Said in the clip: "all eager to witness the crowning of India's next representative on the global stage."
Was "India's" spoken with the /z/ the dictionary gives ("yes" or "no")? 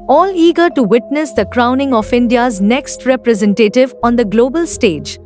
yes